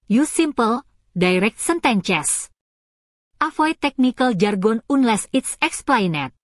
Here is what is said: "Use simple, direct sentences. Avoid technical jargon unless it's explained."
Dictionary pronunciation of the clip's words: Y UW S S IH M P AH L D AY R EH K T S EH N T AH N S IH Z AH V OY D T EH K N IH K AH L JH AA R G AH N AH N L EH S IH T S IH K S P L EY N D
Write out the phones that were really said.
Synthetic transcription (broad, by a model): Y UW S S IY M P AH L D AY R EH K T S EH N T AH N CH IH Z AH F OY T EH K N IH K AH L JH AA R G AH N AH N L EH S IH T S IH K S P L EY N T